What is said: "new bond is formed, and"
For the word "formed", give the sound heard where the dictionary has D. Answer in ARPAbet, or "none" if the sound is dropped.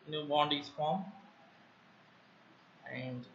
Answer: none